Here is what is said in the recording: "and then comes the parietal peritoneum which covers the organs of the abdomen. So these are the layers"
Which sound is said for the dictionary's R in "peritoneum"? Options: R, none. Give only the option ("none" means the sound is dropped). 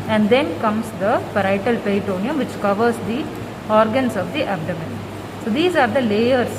none